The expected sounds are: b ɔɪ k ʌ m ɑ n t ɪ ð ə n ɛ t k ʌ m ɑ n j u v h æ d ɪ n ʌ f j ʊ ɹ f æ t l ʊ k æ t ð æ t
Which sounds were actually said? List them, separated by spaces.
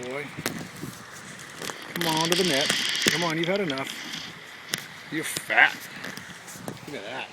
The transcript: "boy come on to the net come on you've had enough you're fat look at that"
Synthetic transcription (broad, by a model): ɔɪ k ʌ m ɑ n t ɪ ð ə n ɛ t k ʌ m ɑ n j u v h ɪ d ɪ n ʌ f j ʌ ɹ f æ t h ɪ ɪ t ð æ t